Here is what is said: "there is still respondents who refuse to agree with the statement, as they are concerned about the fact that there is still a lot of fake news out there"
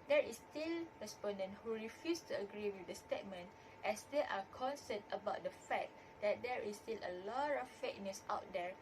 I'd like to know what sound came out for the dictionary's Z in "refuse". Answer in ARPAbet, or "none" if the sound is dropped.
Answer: S